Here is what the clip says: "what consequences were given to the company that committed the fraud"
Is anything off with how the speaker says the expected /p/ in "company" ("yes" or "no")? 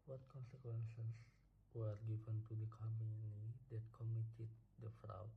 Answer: yes